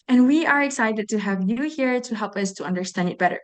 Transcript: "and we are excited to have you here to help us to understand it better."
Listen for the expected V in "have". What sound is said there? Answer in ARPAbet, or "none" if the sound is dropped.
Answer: V